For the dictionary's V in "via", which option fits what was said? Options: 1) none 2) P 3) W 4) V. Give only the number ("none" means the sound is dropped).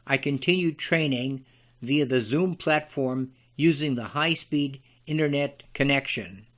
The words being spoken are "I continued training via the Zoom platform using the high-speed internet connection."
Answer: 4